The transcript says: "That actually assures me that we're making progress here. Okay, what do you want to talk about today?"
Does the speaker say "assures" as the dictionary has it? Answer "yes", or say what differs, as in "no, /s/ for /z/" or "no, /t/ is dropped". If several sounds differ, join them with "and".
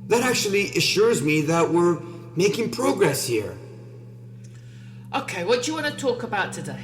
yes